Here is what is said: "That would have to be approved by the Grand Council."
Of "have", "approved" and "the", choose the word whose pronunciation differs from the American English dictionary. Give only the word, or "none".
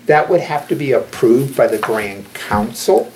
have